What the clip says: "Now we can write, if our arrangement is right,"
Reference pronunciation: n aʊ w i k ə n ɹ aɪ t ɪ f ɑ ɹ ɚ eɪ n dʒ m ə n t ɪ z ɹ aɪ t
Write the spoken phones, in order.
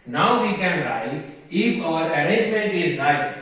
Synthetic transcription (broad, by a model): n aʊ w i k ə n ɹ aɪ ɪ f ɑ ɹ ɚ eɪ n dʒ m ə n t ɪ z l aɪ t